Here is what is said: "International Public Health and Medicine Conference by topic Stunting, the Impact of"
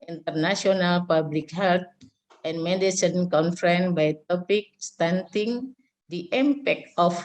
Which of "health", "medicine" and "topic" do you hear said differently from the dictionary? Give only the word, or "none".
health